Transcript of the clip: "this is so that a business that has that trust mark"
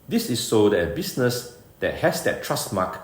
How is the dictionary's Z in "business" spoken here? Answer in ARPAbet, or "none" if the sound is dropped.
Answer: S